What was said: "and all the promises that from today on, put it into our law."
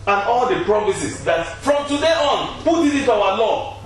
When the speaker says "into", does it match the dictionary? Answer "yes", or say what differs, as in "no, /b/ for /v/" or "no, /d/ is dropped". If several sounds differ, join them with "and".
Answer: no, /n/ is dropped